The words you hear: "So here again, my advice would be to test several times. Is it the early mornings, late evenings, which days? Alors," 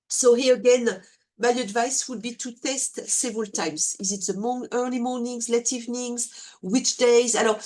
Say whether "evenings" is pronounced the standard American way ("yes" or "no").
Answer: yes